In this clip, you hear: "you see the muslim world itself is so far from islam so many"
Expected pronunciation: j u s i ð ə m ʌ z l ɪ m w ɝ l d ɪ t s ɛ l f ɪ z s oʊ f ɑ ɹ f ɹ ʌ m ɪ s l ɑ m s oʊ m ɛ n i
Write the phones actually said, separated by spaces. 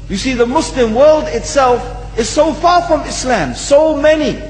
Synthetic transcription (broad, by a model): j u s i ð ə m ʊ s l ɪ m w ɝ l d ɪ t s ɛ l f ɪ z s oʊ f ɑ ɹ f ɹ ʌ m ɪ s l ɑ m s oʊ m ɛ n i